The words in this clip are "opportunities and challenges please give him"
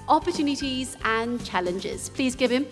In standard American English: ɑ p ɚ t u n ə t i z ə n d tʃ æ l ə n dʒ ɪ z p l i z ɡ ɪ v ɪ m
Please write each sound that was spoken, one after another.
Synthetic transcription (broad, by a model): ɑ p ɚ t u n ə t i z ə n tʃ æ l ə n dʒ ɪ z p l i z ɡ ɪ v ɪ m